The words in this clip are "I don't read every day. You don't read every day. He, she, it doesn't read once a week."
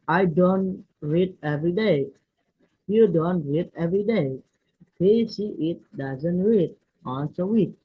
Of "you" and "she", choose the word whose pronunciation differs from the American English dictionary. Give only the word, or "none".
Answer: she